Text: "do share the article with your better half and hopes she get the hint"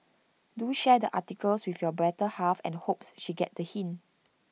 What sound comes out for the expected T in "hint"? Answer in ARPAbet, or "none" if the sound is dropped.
none